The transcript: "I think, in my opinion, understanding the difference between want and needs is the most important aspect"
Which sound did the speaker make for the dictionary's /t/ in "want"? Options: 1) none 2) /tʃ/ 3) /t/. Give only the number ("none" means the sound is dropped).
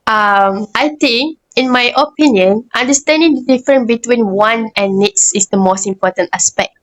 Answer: 1